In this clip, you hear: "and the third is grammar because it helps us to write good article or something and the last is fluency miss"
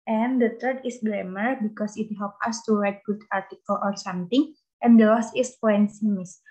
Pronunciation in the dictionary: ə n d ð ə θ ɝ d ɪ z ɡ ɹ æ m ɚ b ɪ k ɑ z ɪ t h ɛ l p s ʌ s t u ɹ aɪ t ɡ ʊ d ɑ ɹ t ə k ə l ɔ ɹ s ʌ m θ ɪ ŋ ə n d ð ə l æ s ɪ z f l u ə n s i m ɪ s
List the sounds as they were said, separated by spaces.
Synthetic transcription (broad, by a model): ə n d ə t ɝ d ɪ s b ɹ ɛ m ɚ b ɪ k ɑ s ɪ t h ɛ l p ʌ s t u ɹ aɪ t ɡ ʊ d ɑ ɹ t ə k ə l ɔ ɹ s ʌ m t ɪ ŋ ə n d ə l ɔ s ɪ s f ɔ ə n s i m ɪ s